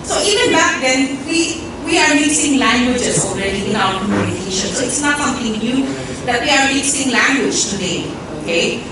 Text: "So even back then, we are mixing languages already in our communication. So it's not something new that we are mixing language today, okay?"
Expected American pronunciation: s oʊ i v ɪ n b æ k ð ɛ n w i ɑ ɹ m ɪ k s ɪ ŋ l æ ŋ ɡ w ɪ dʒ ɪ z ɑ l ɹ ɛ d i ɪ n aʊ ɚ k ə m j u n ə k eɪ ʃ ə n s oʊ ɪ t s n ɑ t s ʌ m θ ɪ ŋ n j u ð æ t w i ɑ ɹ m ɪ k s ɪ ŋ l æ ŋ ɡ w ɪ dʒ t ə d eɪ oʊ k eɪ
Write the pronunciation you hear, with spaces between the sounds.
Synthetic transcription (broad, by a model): s oʊ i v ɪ n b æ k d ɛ n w i ɑ ɹ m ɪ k s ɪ ŋ l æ ŋ ɡ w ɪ dʒ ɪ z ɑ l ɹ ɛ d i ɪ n aʊ ɚ k ə m j u n ə k eɪ ʃ ə n s oʊ ɪ t s n ɑ t s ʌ m t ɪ ŋ n j u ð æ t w i ɑ ɹ m ɪ k s ɪ ŋ l æ ŋ ɡ w ɪ dʒ t ə d eɪ oʊ k eɪ